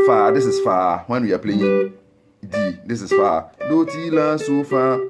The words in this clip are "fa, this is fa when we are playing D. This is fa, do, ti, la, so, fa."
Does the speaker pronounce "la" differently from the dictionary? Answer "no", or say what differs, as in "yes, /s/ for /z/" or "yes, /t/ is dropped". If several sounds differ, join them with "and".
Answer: no